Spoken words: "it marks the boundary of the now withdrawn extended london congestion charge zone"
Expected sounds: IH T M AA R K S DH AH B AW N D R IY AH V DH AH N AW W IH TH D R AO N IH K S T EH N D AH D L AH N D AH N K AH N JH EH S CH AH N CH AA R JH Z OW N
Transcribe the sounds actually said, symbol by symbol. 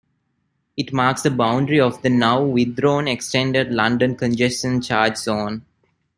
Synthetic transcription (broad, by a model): IH T M AA R K S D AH B AW N D R IY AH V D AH N AW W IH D R AO N IH K S T EH N D AH D L AH N D AH N K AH N JH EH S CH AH N CH AA R JH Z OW N